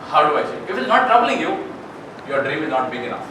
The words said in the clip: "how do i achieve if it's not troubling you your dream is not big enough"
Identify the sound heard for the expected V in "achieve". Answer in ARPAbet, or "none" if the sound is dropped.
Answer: none